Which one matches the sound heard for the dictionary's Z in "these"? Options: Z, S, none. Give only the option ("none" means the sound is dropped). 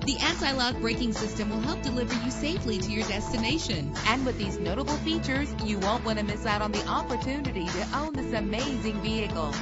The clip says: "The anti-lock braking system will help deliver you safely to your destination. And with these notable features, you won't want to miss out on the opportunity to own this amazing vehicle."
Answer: Z